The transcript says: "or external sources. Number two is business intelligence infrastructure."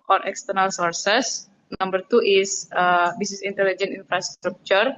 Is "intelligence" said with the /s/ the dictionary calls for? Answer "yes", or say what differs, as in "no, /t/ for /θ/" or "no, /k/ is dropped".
no, /s/ is dropped